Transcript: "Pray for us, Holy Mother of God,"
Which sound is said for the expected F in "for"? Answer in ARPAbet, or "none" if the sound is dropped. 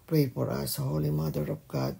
P